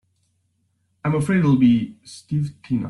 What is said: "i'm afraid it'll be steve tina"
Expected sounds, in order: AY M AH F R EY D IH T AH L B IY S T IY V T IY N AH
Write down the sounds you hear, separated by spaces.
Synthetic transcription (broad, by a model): AY M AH F R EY IH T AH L B IY S T IY V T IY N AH